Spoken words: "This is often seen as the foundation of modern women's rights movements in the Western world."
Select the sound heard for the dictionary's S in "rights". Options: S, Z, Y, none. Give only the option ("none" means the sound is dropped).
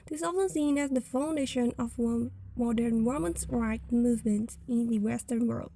none